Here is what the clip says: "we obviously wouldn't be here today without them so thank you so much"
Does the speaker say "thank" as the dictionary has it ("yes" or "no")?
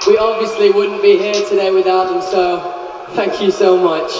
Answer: yes